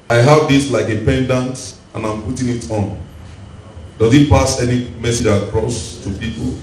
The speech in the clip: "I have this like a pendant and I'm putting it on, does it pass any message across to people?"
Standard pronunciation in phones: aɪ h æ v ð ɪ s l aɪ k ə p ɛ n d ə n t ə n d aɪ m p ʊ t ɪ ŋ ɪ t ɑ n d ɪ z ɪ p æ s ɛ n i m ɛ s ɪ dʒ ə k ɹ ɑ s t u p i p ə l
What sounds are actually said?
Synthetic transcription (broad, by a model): aɪ h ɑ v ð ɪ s l aɪ k ə p ɛ n d ə n t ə n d aɪ m p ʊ t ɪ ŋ ɪ t ɑ n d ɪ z ɪ p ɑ s ɛ n i m ɛ s ɪ dʒ ə k ɹ ɑ s t u p i p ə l